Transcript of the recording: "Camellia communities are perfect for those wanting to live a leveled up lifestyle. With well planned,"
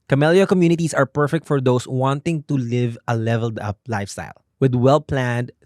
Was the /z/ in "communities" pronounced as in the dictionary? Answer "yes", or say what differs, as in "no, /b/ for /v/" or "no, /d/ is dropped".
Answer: no, /s/ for /z/